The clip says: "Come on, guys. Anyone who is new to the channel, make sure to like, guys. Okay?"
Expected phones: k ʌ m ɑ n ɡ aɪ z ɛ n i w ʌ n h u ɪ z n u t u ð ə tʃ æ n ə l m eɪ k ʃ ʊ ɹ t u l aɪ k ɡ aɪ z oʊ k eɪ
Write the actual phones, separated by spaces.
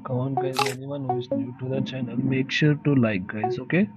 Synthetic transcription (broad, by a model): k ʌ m ɑ n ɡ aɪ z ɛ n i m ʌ n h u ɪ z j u t u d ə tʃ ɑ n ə n m eɪ k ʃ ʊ ɹ t u l aɪ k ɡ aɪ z oʊ k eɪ